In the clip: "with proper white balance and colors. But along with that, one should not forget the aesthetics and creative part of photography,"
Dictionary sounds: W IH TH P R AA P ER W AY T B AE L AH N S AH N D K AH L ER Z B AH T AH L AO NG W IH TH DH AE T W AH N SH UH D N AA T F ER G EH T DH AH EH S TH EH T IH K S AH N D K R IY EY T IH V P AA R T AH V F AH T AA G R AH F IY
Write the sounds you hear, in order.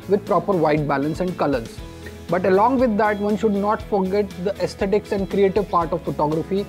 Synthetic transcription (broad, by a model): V IH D P R AA P ER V AY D B AE L AH N S AH N D K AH L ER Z B AH T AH L AO NG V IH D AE T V AH N SH UH D N AA T F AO G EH T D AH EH S T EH T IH K S AH N D K R IY EY T IH V P AA R T AH V F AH T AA G R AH F IY